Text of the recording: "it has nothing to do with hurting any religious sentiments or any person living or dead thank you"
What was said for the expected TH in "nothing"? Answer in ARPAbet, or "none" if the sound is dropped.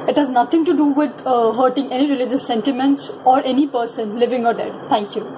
T